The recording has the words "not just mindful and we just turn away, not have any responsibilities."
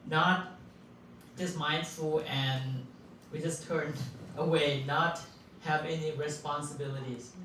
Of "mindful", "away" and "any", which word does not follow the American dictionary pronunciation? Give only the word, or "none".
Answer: none